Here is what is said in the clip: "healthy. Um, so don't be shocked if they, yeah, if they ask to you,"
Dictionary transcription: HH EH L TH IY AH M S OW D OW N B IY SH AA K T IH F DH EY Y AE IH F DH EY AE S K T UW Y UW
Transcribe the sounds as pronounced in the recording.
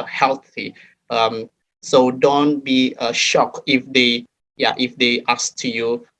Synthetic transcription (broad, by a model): HH EH L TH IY AH M S OW D OW N B IY SH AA K IH F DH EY Y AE IH F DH EY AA S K T UW Y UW